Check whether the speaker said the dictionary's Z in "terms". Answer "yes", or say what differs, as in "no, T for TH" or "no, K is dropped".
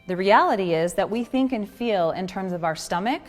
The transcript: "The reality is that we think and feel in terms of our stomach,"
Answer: yes